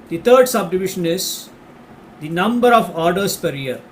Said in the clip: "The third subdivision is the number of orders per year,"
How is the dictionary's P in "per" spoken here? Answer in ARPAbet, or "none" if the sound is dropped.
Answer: P